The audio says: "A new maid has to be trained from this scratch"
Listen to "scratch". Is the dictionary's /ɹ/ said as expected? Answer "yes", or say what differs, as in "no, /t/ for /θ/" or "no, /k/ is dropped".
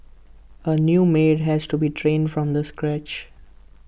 yes